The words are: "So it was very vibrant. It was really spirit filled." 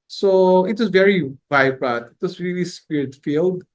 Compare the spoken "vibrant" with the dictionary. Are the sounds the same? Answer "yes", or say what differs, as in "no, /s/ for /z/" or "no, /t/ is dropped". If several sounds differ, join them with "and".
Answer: no, /n/ is dropped